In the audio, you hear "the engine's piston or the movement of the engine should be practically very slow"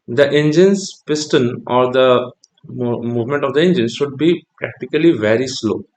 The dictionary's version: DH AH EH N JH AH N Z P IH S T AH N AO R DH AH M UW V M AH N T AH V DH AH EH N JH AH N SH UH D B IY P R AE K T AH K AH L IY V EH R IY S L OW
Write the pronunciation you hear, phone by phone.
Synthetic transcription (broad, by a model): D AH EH N JH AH N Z P IH S T AH N AO R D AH M UW V M AH N T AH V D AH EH N JH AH N SH UH D B IY P R AE K T AH K AH L IY V EH R IY S L OW